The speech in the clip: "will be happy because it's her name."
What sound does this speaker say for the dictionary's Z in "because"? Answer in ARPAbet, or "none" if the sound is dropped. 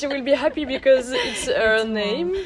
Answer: Z